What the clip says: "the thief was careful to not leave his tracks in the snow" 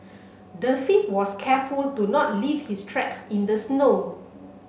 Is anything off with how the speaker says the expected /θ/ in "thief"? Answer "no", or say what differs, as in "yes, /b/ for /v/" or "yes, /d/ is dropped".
yes, /f/ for /θ/